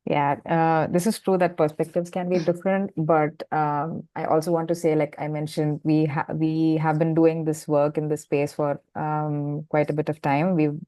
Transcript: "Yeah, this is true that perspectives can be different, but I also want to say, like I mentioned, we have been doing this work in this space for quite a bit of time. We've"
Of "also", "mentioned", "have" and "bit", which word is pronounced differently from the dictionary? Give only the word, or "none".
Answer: none